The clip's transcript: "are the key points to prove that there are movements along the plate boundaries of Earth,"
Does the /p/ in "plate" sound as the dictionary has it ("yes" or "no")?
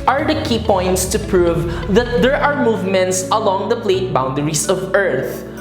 yes